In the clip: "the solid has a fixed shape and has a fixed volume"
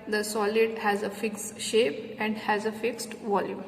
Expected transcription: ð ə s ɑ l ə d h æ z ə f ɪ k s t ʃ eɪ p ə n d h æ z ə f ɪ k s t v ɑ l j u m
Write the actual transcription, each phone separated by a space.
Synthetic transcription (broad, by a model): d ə s ɑ l ə d h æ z ə f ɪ k s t ʃ eɪ p ə n d h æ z ə f ɪ k s t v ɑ l j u m